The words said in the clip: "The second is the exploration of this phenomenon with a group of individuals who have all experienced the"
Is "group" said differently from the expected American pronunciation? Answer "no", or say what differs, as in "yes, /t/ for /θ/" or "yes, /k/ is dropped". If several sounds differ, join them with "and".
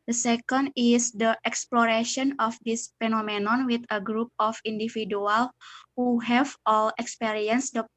no